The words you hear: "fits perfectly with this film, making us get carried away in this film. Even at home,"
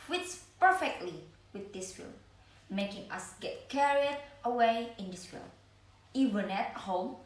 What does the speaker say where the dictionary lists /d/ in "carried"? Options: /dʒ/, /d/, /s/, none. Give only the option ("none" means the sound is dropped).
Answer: /d/